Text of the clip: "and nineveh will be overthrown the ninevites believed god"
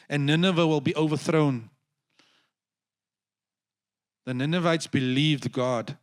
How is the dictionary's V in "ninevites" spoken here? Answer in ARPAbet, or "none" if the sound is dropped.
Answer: V